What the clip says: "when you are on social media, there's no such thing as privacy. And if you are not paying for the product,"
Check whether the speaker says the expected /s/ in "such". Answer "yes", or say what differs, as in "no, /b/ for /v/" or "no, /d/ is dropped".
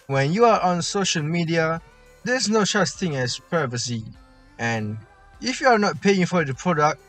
no, /ʃ/ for /s/